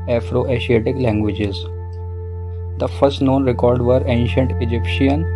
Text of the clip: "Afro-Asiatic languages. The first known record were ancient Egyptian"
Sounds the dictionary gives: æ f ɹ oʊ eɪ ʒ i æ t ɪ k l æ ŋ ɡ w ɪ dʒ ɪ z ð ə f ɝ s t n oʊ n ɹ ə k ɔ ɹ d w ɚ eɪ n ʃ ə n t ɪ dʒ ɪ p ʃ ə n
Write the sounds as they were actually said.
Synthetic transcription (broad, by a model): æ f ɹ oʊ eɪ ʃ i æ t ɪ k l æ ŋ ɡ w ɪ dʒ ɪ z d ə f ɝ s t n oʊ n ɹ ə k ɔ ɹ d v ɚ eɪ n ʃ ə n t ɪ dʒ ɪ p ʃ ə n